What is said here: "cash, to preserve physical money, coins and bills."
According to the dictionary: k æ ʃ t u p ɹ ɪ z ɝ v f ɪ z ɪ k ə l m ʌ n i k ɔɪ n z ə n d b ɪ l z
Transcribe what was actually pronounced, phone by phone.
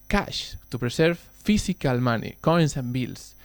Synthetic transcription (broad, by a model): k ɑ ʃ t u p ɹ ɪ s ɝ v f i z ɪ k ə l m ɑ n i k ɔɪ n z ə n b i l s